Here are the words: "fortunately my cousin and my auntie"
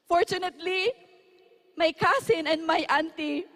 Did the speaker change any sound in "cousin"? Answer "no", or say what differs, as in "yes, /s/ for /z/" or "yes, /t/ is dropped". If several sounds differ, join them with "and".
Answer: yes, /s/ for /z/